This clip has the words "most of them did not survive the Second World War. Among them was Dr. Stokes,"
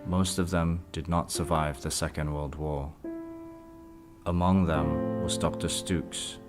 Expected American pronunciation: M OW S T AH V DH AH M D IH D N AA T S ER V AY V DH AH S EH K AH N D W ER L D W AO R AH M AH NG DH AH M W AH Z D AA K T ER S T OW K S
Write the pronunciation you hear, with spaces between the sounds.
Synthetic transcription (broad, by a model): M OW S T AH V DH AH M D IH D N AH T S ER V AY V DH AH S EH K AH N D W ER L D W AO R AH M AH NG DH AH M W AH Z D AA K T ER S T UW K S